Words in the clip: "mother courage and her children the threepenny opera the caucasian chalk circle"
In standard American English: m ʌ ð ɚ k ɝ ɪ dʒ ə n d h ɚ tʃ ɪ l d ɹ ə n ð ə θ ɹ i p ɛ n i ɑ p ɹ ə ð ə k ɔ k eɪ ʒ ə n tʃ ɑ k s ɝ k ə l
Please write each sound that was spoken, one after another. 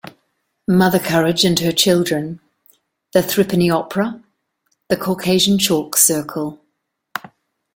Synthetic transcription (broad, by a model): m ʌ ð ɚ k ɝ ɪ dʒ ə n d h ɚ tʃ ɪ l d ɹ ə n ð ə θ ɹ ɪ p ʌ n i ɑ p ɹ ə ð ə k ɔ k eɪ ʒ ə n tʃ ɑ k s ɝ k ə l